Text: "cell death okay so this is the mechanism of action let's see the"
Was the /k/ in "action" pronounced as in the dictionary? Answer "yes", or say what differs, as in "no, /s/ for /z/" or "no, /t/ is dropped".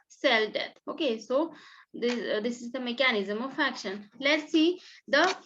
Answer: yes